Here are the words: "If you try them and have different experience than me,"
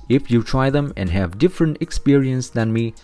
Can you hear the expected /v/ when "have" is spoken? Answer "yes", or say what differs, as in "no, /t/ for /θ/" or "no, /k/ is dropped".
yes